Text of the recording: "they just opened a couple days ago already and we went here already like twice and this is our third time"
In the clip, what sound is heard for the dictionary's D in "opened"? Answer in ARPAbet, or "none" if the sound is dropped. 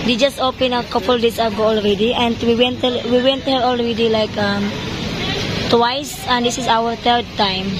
none